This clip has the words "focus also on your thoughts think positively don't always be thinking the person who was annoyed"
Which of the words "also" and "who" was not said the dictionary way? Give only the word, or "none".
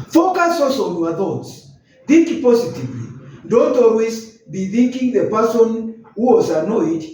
also